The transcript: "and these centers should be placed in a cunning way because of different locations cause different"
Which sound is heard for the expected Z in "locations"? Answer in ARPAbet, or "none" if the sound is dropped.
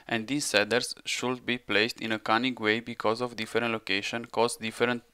none